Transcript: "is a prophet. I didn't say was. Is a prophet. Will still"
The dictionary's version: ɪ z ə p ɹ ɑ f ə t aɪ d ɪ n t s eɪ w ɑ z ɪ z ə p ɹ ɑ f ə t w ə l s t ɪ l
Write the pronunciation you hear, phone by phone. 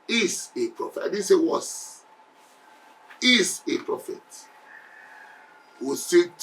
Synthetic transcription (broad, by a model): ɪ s ə p ɹ ɑ f ə t aɪ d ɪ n s eɪ w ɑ s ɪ s ə p ɹ ɑ f ə t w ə s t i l